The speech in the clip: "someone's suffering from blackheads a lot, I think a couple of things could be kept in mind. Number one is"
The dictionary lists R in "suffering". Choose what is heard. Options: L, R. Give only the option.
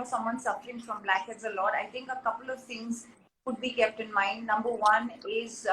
L